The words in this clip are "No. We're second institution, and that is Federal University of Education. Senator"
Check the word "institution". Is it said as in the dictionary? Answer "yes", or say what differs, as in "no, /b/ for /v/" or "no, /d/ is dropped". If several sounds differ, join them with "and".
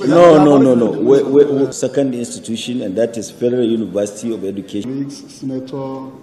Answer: yes